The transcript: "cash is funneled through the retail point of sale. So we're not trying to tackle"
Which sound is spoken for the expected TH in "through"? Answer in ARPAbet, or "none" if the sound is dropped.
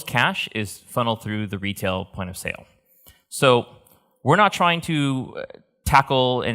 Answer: TH